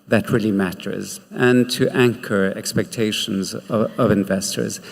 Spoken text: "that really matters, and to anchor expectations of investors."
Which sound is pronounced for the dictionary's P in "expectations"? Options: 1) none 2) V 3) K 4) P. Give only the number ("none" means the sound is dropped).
4